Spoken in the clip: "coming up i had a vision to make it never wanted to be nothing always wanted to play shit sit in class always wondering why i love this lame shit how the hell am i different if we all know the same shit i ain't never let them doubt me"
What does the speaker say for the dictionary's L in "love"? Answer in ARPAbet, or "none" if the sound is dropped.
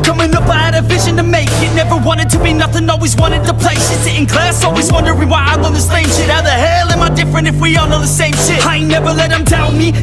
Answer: W